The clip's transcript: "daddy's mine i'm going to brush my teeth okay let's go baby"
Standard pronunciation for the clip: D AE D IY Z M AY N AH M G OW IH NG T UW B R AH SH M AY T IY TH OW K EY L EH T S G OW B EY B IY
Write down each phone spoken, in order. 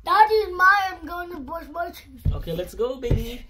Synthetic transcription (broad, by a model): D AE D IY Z M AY AH M G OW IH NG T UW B AO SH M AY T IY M OW K EY L EH T S G OW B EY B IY